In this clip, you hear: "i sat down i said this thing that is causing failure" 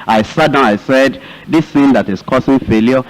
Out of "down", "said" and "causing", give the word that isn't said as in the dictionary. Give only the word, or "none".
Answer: causing